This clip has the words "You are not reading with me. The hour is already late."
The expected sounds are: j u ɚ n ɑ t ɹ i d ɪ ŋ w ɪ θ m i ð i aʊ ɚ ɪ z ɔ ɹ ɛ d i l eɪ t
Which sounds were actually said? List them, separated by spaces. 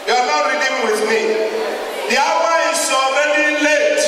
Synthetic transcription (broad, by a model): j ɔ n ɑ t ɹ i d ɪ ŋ w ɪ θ m i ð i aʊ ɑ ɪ s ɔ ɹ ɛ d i l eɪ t